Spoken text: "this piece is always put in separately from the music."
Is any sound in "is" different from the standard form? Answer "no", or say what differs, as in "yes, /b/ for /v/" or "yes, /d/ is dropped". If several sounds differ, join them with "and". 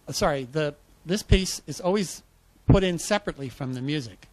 no